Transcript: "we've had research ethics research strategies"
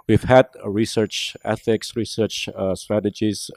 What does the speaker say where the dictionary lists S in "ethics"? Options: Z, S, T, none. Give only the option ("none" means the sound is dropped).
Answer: S